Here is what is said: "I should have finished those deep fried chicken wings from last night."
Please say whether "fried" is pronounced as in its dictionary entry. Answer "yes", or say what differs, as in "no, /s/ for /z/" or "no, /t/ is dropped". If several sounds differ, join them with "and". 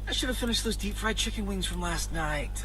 yes